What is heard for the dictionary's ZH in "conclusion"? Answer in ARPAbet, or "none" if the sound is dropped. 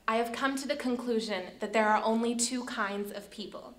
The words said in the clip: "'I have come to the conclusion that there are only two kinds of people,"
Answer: ZH